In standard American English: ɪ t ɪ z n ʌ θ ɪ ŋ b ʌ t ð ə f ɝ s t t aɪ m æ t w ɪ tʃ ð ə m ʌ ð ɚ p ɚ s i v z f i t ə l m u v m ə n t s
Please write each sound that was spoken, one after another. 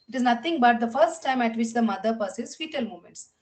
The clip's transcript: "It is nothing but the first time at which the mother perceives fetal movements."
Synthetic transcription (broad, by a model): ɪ t ɪ z n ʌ t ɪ ŋ b ʌ t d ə f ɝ s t t aɪ m æ t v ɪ tʃ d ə m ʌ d ɚ p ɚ s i z f i t ə l m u m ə n t s